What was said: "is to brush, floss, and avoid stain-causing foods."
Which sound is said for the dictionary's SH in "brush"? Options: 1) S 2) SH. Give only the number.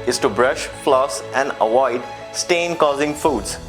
2